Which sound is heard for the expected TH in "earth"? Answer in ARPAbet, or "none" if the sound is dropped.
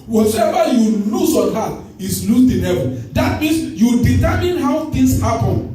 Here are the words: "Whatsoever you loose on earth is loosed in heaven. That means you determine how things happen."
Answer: T